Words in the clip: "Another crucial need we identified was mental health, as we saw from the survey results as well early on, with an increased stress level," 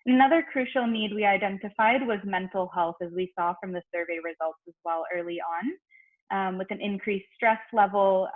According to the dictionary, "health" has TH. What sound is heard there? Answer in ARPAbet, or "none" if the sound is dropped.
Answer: TH